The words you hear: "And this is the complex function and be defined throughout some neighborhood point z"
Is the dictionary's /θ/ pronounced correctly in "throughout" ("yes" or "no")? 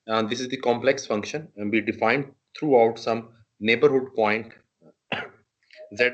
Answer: no